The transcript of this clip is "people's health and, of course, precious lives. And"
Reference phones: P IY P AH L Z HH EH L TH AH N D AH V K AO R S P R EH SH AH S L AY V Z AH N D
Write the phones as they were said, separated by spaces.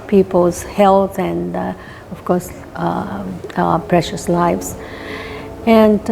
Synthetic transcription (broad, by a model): P IY P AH L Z HH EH L T AH N D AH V K AO R S P R EH SH AH S L AY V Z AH N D